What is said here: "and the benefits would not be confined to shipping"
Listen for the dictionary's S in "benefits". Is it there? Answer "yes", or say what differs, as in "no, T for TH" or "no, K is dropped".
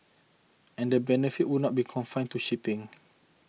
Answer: no, S is dropped